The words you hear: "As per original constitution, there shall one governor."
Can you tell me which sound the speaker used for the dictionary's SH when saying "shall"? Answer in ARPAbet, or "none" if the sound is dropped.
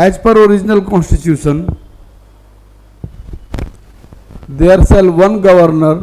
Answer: S